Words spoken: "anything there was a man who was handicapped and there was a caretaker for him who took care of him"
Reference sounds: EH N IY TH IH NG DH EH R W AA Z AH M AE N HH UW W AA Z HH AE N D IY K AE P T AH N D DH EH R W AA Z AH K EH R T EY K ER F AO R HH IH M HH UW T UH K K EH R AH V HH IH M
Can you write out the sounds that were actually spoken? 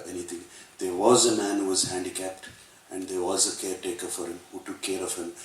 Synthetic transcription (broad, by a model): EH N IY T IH NG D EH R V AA Z AH M AE N HH UW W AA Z HH AE N D IY K AE P T AH N D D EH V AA Z AH K EH R T EY K ER F AO R HH IH M HH UW T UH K K EH R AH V HH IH M